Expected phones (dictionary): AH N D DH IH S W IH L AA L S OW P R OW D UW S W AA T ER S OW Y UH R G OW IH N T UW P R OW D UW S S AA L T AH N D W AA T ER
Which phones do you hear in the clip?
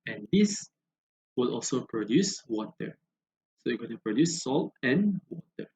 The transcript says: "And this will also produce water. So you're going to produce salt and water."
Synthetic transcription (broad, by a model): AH N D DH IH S W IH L AA L S OW P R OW D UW S W AA T ER S OW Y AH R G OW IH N T UW P R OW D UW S S AA L T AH N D W AA T ER